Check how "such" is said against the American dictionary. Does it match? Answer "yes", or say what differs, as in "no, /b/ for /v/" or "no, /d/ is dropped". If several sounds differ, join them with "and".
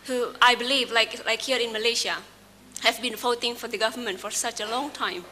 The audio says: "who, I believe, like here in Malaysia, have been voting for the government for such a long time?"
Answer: yes